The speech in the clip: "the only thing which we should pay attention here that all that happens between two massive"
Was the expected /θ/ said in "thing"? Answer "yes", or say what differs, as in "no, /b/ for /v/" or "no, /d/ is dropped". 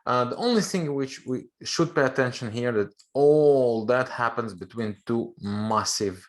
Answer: yes